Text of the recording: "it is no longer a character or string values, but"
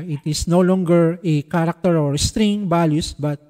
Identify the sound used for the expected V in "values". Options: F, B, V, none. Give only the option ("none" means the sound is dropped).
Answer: B